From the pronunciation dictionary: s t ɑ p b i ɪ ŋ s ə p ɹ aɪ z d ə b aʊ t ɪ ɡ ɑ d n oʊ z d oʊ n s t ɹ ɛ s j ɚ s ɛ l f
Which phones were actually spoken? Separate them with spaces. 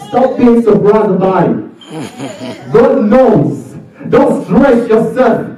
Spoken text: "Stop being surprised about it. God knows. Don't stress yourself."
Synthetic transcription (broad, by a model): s t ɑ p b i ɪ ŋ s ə b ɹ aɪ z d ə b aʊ ɪ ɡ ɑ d n oʊ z d oʊ n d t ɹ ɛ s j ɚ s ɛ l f